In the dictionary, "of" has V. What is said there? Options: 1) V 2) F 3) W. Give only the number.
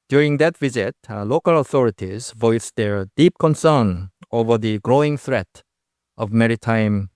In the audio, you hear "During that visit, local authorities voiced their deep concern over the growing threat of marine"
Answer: 1